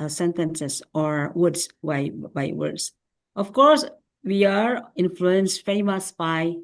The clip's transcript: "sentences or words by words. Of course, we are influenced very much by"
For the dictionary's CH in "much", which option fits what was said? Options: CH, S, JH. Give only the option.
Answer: S